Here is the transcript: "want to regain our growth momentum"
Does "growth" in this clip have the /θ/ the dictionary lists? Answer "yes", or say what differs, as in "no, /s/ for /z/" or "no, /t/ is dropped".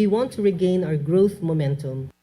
yes